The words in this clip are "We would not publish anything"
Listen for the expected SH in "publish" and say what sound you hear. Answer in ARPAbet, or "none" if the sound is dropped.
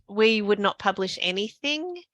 SH